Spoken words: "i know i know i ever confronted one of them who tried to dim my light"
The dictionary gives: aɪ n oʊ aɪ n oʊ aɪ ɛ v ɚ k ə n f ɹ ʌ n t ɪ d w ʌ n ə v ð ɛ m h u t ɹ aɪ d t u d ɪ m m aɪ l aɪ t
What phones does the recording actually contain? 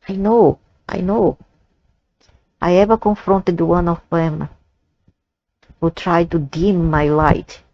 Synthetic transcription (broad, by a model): aɪ n oʊ aɪ n oʊ aɪ ɛ v ɚ k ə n f ɹ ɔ n t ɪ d w ʌ n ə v ð ɛ m h u t ɹ aɪ d t u d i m m aɪ l aɪ t